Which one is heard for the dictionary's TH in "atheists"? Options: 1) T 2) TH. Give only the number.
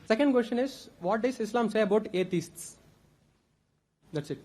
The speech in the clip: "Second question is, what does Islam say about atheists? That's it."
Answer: 1